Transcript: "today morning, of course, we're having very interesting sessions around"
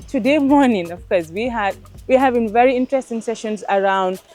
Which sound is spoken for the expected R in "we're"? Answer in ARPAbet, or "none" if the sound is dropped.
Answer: W